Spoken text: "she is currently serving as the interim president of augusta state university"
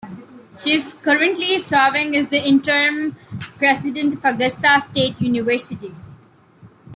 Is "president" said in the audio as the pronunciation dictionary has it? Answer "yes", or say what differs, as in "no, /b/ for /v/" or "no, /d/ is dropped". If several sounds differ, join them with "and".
no, /s/ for /z/